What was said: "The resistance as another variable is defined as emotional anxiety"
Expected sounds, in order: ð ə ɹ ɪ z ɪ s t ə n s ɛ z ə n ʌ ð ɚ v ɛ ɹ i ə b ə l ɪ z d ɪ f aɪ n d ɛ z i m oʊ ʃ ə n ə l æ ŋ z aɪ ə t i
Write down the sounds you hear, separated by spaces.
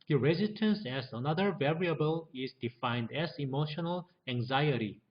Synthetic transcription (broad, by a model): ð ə ɹ ɪ z ɪ s t ə n s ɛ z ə n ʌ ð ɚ v ɛ ɹ i ə b ə l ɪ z d ɪ f aɪ n d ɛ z i m oʊ ʃ ə n ə l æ ŋ z aɪ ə t i